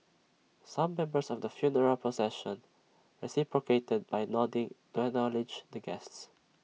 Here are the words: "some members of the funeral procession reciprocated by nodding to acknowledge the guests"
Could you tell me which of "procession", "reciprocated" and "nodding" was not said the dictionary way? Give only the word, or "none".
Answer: procession